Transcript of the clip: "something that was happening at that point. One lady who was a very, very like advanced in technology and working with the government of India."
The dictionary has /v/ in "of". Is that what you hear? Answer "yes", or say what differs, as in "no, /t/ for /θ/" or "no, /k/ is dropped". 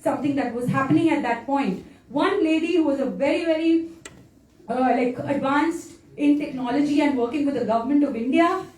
yes